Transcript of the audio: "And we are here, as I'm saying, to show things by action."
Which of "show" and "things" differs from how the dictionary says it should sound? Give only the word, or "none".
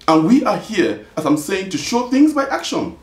none